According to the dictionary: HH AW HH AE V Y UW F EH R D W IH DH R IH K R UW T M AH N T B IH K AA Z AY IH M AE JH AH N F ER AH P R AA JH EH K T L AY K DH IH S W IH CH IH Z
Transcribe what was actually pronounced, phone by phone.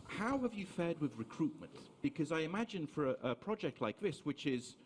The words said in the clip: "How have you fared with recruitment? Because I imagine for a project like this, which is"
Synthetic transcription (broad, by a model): HH AW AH V Y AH F EH D W IH DH R IH K R UW T M AH N T B IH K AA Z AY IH M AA JH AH N F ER AH P R AA JH EH K T L AY K DH IH S W IH CH IH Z